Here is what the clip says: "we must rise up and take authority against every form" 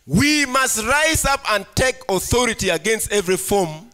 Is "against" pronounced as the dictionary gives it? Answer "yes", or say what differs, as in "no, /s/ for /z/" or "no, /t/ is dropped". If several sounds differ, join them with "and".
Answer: yes